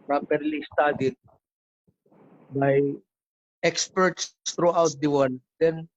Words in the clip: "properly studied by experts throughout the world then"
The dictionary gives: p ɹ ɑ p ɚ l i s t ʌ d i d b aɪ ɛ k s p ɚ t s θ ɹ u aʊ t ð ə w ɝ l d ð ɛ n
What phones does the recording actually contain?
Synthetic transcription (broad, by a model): p ɹ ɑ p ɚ l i s t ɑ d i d b aɪ ɛ k s p ɚ t s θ ɹ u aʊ t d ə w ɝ n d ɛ n